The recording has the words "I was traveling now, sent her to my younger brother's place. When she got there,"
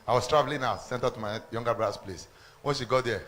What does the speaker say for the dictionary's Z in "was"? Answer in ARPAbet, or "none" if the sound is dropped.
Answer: S